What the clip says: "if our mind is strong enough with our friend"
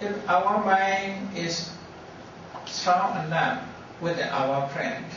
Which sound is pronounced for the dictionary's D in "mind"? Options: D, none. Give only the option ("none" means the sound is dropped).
none